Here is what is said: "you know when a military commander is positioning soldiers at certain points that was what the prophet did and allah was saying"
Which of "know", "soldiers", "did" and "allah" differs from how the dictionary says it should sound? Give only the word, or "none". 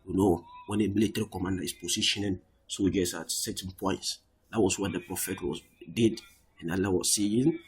soldiers